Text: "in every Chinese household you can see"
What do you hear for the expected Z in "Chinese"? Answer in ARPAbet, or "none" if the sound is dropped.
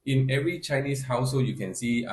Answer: S